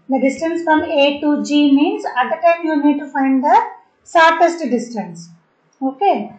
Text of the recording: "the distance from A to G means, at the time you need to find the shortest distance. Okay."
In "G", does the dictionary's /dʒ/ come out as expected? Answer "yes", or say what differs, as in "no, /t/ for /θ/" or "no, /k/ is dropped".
yes